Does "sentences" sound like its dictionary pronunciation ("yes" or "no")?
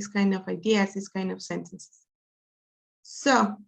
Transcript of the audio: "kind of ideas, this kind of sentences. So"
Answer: no